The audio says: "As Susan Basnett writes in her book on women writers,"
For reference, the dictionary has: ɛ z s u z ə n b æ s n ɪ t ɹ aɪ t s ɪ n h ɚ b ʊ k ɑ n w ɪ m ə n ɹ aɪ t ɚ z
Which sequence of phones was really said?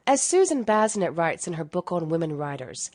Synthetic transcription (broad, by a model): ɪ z s u z ə n b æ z n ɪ t ɹ aɪ t s ɪ n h ɚ b ʊ k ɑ n w ɪ m ə n ɹ aɪ t ɚ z